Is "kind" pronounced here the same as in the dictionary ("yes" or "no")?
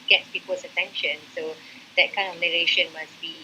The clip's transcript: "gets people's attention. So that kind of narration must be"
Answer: no